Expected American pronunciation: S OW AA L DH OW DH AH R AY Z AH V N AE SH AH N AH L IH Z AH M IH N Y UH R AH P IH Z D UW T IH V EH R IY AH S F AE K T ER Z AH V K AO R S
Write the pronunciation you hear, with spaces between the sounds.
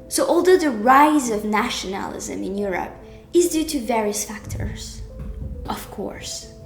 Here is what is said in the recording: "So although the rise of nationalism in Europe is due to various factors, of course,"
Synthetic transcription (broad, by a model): S OW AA L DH OW DH AH R AY Z AH V N AE SH AH N AH L IH Z AH M IH N Y UH R AH P IH Z D UW T IH V EH R IY AH S F AE K T ER Z AH V K AO R S